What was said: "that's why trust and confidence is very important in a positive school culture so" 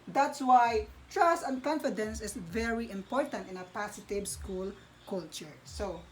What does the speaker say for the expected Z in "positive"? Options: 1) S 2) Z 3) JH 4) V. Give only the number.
1